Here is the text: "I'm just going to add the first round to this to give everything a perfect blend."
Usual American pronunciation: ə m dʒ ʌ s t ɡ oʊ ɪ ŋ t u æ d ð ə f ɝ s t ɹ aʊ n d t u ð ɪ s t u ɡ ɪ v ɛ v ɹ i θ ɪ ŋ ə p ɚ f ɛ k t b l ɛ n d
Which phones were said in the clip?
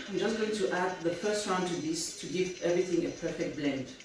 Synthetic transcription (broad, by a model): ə dʒ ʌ s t ɡ oʊ ɪ ŋ t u æ d ð ə f ɝ s t ɹ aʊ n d t u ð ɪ s t u ɡ ɪ v ɛ v ɹ i θ ɪ ŋ ə p ɚ f ɛ k t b l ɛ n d